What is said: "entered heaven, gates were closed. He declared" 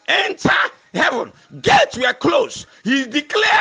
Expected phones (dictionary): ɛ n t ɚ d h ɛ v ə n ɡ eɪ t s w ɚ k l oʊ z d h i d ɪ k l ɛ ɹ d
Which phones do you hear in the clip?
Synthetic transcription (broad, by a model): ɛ n t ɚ h ɛ v ə n ɡ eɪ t w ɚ k l oʊ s h i d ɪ k l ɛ